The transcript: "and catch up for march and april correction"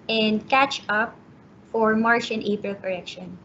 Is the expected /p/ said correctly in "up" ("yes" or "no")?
yes